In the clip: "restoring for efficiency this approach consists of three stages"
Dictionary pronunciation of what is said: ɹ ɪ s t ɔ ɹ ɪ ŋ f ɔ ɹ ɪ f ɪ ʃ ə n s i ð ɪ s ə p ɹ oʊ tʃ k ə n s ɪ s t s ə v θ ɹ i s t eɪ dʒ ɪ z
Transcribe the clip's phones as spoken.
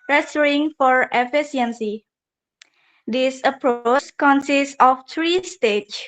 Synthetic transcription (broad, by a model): ɹ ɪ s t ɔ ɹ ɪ ŋ f ɔ ɹ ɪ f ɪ s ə n s i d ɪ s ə p ɹ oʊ s k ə n s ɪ s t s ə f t ɹ i s t eɪ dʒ